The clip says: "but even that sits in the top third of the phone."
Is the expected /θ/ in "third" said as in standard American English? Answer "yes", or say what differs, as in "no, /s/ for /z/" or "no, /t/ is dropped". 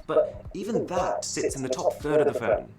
yes